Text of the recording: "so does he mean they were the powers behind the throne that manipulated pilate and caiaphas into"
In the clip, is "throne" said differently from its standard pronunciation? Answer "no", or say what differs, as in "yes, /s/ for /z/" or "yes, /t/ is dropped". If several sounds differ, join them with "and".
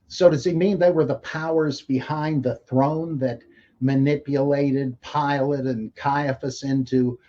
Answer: no